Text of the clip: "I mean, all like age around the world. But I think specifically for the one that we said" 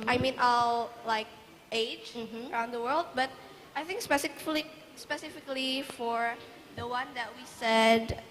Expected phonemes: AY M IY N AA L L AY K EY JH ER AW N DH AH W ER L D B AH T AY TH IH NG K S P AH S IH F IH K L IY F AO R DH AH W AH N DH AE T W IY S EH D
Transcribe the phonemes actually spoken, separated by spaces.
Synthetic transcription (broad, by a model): AY M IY N AA L L AY K EY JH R AW N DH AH W ER L D B AH T AY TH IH NG K S P AH S IH F IH K L IY F AO R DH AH W AH N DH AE T W IY S EH D